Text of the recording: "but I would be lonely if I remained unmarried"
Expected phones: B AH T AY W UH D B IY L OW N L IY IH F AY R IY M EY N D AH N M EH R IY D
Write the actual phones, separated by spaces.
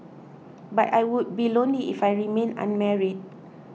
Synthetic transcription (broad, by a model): B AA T AY W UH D B IY L OW N L IY IH F AY R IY M EY N AH N M EH R IY D